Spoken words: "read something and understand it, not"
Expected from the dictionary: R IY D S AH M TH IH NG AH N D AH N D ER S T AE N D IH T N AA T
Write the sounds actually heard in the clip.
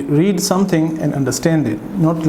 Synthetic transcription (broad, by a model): R IY D S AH M T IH NG AH N D AH N D ER S T AE N D IH T N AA T